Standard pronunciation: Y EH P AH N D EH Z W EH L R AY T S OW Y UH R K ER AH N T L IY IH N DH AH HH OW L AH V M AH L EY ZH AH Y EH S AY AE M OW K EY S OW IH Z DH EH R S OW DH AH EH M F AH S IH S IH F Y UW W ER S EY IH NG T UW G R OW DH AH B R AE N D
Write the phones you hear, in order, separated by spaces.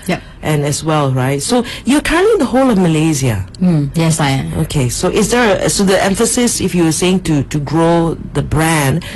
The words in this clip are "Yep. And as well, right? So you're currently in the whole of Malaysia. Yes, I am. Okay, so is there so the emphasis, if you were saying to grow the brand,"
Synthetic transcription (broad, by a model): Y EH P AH N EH S W EH L R AY T S OW Y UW K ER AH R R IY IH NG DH AH HH OW L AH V M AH L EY Z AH Y EH S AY OW K EY S OW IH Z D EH R S OW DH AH EH M F AH S IH S IH F Y UW W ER S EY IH NG T UW G R OW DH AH B R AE N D